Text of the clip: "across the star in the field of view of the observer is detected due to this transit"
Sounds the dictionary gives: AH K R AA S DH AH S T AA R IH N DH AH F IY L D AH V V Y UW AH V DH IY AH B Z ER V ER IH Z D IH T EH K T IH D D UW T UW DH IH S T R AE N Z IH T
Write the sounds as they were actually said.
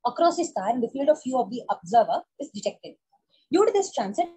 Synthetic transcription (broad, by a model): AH K R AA S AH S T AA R IH N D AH F IY L D AH V F Y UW AH V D IY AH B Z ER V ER IH Z D IH T EH K T IH D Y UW T UW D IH S T R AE N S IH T